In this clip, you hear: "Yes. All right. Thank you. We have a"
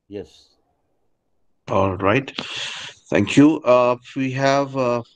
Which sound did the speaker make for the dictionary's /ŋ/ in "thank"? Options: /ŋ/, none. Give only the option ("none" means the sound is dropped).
/ŋ/